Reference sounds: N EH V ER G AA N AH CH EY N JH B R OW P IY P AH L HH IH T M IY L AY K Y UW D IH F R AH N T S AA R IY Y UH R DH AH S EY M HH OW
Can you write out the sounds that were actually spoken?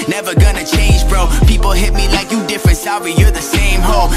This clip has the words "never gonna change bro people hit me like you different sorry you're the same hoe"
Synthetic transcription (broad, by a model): N EH V ER G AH N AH CH EY N JH B R OW P IY P L HH IH T M IY L AY K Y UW D IH F R AH N T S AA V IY Y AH R DH AH S EY M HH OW